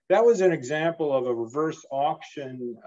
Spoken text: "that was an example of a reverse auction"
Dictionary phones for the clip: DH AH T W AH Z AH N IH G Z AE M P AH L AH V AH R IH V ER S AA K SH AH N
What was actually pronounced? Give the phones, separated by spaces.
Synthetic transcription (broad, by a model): DH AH T W AH Z AH N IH G Z AE M P L AH V AH R IH V ER S AA K SH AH N